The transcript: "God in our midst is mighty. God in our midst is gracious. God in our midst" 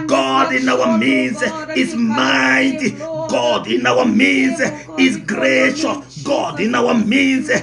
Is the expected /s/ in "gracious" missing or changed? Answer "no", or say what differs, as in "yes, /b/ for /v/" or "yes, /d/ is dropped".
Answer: yes, /s/ is dropped